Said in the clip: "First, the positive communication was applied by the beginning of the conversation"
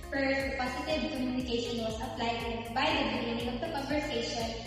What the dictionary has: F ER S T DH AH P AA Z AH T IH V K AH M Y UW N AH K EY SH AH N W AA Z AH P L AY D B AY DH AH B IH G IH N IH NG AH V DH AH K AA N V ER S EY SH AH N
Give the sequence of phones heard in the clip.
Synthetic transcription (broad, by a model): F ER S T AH P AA S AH T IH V K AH M Y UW N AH K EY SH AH N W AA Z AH P L AY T B AY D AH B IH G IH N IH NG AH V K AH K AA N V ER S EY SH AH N